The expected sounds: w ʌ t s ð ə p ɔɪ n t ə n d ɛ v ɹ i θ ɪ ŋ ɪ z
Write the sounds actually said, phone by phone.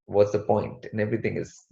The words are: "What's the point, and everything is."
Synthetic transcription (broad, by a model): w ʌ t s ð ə p ɔɪ n t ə n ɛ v ɹ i t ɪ ŋ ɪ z